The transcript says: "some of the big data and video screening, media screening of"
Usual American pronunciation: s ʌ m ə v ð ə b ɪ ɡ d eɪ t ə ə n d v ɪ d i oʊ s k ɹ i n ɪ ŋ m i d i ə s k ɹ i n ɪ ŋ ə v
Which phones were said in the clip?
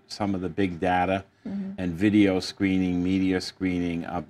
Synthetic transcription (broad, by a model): s ʌ m ə v ð ə b ɪ ɡ d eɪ t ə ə n v ɪ d i oʊ s k ɹ i n ɪ ŋ m i d i ə s k ɹ i n ɪ ŋ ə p